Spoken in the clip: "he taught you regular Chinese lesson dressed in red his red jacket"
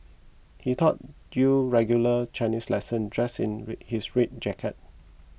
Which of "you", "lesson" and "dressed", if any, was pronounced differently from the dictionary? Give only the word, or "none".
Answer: dressed